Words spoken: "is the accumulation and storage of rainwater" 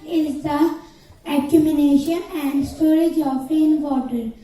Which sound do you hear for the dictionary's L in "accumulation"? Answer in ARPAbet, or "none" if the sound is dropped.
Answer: N